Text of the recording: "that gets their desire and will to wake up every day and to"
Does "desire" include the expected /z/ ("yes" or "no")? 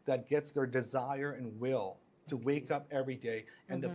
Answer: yes